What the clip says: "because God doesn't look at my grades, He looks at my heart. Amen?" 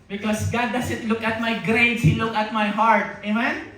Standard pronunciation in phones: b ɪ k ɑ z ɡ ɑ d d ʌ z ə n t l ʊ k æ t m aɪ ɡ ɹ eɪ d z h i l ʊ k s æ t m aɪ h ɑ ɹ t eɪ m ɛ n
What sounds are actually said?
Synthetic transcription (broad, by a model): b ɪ k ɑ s ɡ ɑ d d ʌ s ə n t l ʊ k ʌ t m aɪ ɡ ɹ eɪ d h i l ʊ k ʌ t m aɪ h ɑ ɹ t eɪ m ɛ n